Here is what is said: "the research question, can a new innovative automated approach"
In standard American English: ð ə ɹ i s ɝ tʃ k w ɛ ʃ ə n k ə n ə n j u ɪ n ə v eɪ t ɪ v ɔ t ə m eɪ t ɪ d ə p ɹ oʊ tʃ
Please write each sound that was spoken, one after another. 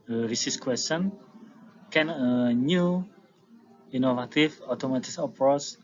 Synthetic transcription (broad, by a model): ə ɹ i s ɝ s k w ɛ s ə n k ə n ə n j u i n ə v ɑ t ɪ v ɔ t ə m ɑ t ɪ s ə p ɹ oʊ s